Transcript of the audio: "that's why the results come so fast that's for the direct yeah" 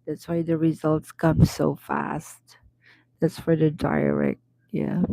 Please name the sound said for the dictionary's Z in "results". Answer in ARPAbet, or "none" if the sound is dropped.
Z